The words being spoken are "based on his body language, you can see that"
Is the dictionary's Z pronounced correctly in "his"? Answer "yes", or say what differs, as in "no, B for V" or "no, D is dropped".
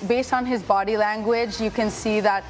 yes